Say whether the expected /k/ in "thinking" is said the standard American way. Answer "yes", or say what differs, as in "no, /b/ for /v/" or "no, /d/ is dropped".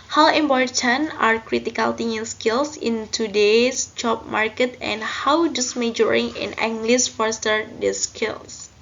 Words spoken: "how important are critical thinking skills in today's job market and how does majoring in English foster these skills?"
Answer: no, /k/ is dropped